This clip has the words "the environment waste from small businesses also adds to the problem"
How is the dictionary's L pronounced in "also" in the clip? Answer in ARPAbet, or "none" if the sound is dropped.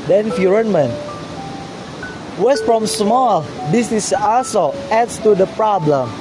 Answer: none